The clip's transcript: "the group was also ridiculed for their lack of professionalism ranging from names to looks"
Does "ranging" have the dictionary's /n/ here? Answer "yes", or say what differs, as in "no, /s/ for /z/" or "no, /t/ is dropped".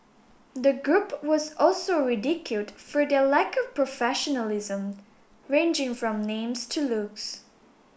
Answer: yes